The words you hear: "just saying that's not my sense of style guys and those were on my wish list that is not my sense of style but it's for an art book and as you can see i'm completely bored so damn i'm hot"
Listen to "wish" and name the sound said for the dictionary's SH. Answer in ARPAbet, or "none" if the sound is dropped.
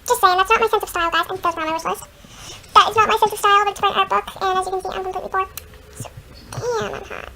S